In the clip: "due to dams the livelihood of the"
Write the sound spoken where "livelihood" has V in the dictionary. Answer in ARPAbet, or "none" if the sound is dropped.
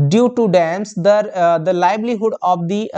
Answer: B